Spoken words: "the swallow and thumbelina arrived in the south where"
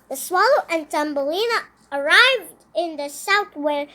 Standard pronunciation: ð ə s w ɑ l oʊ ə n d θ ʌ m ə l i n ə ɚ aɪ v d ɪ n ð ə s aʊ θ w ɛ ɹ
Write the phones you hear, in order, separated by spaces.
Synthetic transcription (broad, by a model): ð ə s w ɑ l oʊ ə n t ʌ m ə l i n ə ɚ aɪ v d ɪ n ð ə s aʊ θ w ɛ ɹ